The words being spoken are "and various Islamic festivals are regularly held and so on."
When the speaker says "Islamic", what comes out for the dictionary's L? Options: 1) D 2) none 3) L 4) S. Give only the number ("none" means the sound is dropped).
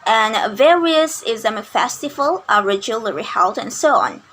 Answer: 2